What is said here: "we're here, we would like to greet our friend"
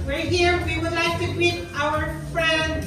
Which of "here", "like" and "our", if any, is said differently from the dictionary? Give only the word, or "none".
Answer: none